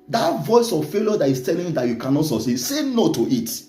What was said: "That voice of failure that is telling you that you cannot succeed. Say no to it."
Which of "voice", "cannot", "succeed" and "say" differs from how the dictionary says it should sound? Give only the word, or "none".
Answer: succeed